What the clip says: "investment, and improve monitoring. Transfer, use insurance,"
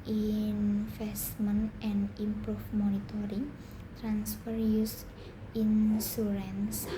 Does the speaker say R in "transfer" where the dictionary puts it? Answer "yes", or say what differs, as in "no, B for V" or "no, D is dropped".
yes